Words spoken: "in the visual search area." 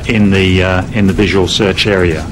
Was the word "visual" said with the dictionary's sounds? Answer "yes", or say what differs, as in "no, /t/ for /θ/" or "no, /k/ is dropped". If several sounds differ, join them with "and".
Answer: yes